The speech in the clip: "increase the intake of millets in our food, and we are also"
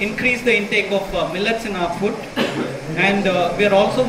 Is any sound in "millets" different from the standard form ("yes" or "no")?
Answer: no